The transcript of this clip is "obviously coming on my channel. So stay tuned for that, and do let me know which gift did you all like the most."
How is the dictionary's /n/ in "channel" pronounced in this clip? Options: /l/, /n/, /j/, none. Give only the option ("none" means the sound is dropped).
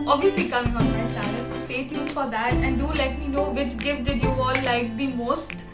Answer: none